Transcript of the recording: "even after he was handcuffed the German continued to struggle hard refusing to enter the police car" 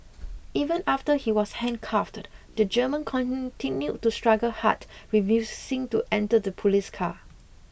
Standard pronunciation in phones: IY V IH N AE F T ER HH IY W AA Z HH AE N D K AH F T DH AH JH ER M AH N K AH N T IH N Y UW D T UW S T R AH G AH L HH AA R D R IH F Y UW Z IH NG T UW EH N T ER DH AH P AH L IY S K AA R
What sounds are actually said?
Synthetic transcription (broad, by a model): IY V IH N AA F T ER HH IY W AA S HH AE N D K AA F T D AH JH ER M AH N K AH N T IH N Y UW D T UW S T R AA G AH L HH AA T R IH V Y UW S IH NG T UW EH N T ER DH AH P AH L IY S K AA